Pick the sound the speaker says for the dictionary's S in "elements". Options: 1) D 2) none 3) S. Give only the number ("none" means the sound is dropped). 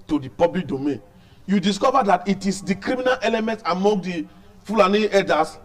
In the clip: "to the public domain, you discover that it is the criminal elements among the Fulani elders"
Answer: 2